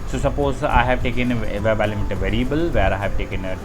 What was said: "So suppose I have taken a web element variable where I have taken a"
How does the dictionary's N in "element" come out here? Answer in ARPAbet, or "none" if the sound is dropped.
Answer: none